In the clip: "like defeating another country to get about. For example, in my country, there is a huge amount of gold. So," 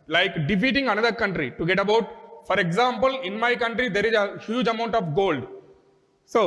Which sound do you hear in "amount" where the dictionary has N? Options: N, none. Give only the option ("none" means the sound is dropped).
N